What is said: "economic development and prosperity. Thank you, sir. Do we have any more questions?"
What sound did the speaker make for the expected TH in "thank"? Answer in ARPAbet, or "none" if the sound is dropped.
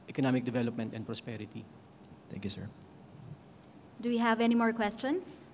T